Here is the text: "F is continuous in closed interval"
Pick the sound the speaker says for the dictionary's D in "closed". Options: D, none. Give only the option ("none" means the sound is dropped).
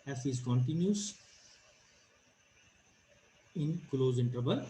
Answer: none